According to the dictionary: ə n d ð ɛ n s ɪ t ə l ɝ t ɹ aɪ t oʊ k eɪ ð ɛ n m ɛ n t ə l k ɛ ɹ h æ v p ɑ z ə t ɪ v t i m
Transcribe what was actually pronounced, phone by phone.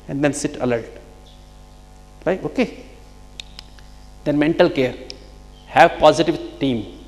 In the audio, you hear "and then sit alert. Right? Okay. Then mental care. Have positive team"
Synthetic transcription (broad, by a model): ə n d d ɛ n s ɪ t ə l ɝ t l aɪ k oʊ k eɪ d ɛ n m ɛ n t ə l k ɛ ɹ h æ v p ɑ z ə t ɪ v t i m